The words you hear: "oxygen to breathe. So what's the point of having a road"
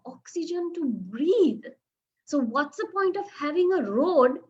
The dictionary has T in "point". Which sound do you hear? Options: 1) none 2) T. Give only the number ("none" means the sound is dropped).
2